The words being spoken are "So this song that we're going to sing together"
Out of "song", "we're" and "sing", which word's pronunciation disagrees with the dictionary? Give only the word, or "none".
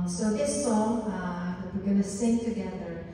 none